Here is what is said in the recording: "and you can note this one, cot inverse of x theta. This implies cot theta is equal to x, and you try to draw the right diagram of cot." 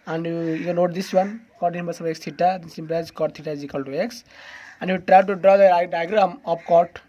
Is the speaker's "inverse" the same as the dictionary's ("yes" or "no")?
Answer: no